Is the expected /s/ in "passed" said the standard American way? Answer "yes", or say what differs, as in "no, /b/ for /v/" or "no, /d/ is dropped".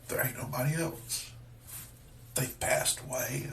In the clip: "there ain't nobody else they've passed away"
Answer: yes